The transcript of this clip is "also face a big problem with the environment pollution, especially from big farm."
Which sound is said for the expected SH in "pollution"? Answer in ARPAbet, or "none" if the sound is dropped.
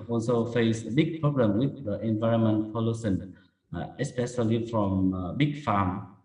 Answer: S